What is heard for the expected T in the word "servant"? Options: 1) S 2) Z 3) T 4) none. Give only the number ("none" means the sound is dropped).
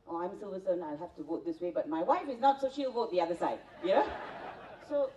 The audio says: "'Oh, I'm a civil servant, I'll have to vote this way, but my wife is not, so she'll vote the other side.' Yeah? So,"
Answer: 4